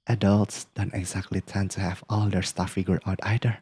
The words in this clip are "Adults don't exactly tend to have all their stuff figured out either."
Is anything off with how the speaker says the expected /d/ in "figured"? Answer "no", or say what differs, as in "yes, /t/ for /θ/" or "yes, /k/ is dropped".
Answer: yes, /d/ is dropped